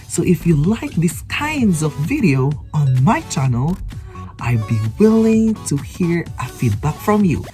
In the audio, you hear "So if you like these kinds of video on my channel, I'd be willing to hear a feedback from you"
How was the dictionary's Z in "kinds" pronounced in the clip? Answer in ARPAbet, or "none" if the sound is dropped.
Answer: Z